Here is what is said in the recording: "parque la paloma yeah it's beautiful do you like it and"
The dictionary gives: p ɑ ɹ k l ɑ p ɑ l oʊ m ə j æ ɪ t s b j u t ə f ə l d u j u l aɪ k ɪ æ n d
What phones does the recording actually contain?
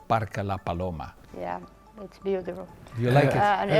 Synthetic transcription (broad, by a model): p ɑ ɹ k l ɑ p ɑ l oʊ m ə j æ ɪ t s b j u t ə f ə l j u l aɪ k ɪ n